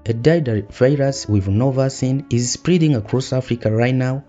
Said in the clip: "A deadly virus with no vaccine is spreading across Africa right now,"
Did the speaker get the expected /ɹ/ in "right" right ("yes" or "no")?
yes